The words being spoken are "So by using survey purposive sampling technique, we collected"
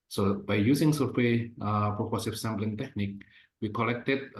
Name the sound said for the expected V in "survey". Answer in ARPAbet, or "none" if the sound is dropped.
W